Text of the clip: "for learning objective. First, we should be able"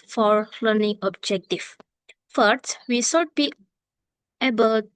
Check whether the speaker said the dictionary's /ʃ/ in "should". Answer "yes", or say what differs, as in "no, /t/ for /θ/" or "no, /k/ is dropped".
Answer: no, /s/ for /ʃ/